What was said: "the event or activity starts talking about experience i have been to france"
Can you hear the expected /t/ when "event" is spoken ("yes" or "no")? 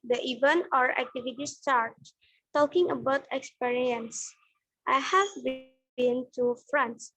no